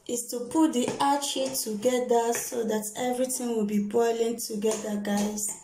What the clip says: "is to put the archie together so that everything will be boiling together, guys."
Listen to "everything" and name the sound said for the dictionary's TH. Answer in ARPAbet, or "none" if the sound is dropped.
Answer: T